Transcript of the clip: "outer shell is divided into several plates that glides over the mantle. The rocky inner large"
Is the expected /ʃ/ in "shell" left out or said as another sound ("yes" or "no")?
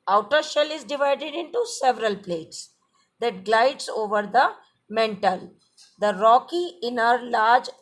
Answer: no